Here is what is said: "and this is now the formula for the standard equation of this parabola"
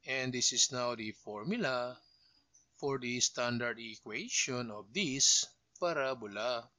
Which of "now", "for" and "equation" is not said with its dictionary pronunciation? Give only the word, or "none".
equation